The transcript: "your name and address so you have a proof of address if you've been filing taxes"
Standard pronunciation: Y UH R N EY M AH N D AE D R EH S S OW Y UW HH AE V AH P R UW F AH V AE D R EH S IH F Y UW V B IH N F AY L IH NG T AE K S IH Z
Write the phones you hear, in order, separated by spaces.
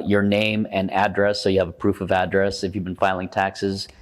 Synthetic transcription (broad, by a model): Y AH R N EY M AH N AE D R EH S S OW Y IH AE V AH P R UW F AH V AE D R EH S IH F Y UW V B IH N F AY L IH NG T AE K S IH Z